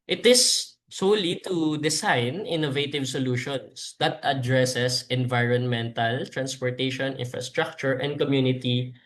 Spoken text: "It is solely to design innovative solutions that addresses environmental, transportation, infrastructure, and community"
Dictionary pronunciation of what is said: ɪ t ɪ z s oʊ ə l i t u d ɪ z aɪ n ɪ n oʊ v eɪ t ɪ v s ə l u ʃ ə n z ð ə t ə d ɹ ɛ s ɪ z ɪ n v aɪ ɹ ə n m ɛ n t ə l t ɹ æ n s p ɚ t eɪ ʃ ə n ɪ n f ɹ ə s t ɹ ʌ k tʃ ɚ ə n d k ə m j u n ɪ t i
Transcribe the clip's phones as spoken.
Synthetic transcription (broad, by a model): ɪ t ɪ s oʊ l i t u d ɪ s aɪ n ɪ n oʊ v eɪ t ɪ v s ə l u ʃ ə n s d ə t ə d ɹ ɛ s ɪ s ɪ n v aɪ ɹ ə n m ɛ n t ə l t ɹ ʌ n s p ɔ t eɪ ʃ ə n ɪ n f ɹ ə s t ɹ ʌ k tʃ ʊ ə n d k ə m j u n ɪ t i